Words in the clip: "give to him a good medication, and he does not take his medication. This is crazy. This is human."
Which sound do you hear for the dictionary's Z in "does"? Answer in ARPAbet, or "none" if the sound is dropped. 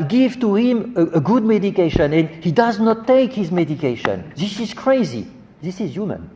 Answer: Z